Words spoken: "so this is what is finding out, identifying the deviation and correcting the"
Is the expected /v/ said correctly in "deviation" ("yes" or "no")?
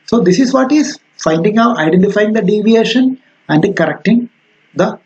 yes